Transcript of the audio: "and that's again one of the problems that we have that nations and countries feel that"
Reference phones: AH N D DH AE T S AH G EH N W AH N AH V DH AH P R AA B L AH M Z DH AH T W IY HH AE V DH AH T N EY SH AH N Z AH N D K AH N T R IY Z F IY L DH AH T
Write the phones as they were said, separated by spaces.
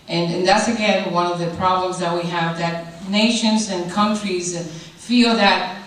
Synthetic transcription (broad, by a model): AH N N DH AE T S AH G EH N W AH N AH V DH AH P R AA B L AH M Z DH AH T W IY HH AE V DH AH T N EY SH AH N Z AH N K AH N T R IY Z F IY L DH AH T